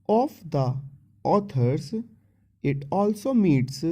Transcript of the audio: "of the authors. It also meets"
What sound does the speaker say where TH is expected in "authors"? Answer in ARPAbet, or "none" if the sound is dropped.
T